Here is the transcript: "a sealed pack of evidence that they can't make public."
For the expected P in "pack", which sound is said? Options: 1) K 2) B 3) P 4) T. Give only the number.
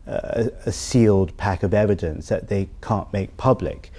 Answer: 3